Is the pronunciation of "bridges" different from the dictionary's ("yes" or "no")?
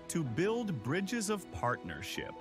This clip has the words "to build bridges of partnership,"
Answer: no